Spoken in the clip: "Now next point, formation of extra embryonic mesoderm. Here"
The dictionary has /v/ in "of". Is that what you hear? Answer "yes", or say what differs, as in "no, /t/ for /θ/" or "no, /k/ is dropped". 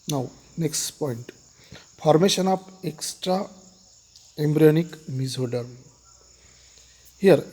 no, /p/ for /v/